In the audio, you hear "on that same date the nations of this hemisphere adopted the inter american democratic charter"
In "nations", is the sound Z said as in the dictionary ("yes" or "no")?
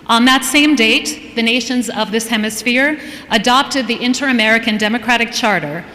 yes